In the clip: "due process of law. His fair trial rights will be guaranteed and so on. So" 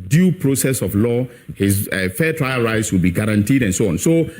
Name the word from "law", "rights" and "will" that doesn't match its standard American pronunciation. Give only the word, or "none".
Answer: none